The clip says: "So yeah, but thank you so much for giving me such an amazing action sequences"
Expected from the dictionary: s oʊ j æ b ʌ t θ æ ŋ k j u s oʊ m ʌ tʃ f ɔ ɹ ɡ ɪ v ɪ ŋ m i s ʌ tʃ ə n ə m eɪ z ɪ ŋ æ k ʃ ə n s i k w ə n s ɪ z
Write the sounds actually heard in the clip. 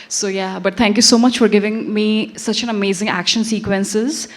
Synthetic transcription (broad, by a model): s oʊ j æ b ʌ t t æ ŋ k j u s oʊ m ʌ tʃ f ɔ ɹ ɡ ɪ v ɪ ŋ m i s ʌ tʃ ə n ə m eɪ z ɪ ŋ æ k ʃ ə n s i k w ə n s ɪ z